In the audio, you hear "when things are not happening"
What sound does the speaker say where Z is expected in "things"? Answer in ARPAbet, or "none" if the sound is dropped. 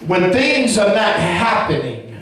Z